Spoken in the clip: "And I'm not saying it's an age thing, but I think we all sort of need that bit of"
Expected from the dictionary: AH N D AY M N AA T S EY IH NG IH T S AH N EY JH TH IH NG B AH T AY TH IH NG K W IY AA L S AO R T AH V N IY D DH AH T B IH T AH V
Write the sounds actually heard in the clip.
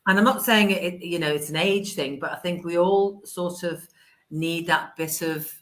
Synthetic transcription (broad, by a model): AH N AY M N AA T S EY IH NG IH T S AH N EY JH TH IH NG B AH T AY TH IH NG K W IY AA L S AO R T AH V N IY D DH AH T B IH T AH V